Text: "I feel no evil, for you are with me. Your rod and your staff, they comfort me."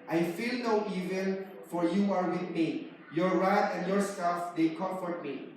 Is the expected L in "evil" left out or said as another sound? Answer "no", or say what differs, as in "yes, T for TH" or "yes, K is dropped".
yes, N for L